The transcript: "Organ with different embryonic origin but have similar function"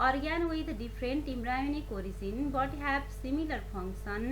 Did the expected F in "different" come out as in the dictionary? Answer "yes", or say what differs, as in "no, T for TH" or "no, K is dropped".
no, P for F